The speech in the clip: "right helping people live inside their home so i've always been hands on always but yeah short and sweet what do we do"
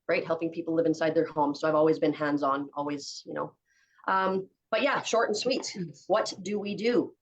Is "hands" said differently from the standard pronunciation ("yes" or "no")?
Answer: no